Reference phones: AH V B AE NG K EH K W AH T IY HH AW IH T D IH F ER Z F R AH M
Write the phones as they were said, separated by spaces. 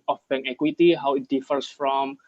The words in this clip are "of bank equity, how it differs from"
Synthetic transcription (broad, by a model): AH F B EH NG EH K W AH T IY HH AW IH T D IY F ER S F R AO M